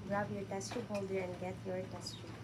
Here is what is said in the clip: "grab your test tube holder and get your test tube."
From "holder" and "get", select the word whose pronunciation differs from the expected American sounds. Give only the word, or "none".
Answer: none